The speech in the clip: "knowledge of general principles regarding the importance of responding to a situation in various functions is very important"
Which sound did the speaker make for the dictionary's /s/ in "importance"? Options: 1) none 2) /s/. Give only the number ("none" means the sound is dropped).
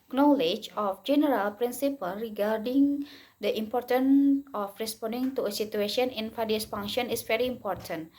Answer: 1